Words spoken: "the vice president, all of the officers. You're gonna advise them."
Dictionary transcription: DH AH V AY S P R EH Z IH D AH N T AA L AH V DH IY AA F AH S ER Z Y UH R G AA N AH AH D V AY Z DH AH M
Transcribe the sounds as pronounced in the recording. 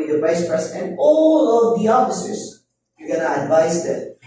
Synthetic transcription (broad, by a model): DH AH V AY S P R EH S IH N AA L AH V DH IY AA F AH S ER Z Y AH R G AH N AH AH D V AY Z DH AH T